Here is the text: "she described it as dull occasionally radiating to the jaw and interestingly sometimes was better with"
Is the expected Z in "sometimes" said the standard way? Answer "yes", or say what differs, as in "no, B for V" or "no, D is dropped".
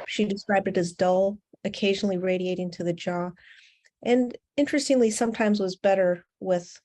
yes